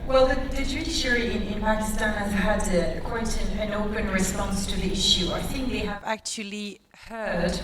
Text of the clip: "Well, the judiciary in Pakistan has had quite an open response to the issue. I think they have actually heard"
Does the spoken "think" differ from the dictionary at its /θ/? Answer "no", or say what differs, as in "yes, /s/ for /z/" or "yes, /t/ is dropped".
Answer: no